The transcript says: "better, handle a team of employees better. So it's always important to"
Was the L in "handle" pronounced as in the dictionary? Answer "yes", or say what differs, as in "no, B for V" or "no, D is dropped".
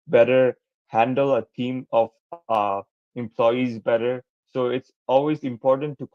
yes